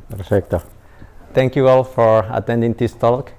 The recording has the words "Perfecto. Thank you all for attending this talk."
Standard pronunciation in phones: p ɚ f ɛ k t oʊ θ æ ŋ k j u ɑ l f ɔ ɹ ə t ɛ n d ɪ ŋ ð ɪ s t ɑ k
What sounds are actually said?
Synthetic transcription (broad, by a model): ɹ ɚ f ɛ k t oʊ t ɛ ŋ k j u ɑ l f ɔ ɹ ə t ɛ n d ɪ ŋ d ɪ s t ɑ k